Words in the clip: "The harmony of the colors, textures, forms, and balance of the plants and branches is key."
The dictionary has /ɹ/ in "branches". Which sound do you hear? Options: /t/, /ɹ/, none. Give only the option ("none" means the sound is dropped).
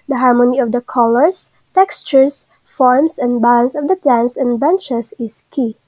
none